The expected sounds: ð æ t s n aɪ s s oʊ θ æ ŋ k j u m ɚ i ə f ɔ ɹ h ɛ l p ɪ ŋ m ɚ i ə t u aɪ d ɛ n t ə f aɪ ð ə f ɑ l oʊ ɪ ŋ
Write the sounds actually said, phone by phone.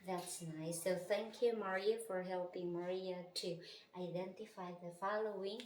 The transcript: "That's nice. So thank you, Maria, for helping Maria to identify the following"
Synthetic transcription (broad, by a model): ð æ t s n aɪ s s oʊ θ æ ŋ k j u m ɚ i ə f ɔ ɹ h ɛ l p ɪ ŋ m ɚ i ə t u aɪ d ɛ n t ə f aɪ ð ə f ɑ l oʊ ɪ ŋ